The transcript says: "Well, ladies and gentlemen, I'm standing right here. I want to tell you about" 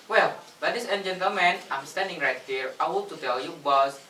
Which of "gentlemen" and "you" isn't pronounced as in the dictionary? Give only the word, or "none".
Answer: gentlemen